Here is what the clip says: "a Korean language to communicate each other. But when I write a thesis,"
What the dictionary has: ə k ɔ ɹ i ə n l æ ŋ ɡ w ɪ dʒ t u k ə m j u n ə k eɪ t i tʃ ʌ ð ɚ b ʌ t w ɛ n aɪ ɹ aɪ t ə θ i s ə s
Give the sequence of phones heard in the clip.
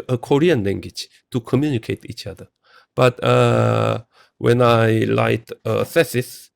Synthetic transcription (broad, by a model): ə k ɔ ɹ i ə n l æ ŋ ɡ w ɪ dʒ t u k ə m j u n ə k eɪ t i tʃ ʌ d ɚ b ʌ t w ɛ n aɪ l aɪ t ə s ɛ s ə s